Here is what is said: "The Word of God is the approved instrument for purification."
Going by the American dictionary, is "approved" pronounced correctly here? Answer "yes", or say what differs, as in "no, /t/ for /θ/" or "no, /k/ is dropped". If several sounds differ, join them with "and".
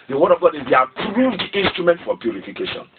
yes